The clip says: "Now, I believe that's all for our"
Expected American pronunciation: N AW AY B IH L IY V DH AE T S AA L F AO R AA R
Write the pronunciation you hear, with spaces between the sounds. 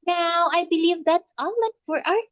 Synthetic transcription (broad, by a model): N AW AY B IH L IY V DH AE T S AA N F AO R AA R